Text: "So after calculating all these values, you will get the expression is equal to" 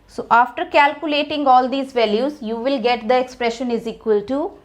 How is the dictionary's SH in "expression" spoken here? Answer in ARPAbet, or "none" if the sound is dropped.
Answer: SH